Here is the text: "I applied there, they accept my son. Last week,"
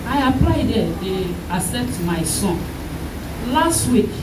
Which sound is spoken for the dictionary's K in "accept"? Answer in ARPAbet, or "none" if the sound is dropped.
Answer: none